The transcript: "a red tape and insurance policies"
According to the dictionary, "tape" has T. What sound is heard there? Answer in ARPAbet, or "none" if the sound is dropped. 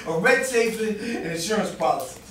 S